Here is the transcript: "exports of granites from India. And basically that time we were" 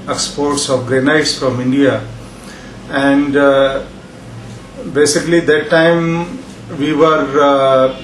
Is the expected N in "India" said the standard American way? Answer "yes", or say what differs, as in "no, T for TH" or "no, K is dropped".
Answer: yes